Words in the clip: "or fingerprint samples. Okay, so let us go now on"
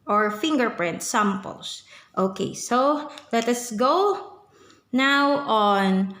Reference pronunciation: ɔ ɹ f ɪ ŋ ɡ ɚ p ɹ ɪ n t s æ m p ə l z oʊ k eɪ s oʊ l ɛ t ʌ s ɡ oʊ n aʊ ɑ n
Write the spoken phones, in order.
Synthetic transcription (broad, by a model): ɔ ɹ f ɪ ŋ ɡ ɚ p ɹ ɪ n t s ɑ m p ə l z oʊ k eɪ s oʊ l ɛ t ʌ s ɡ oʊ n aʊ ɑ n